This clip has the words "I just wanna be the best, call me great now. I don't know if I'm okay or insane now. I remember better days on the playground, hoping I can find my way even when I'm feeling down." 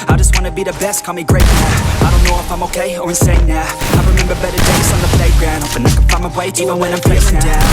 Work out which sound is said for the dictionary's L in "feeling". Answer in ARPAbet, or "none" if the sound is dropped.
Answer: none